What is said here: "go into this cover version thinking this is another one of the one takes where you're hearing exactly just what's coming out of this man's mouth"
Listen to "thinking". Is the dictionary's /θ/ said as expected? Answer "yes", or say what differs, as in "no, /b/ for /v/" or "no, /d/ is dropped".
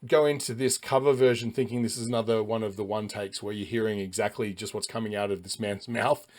yes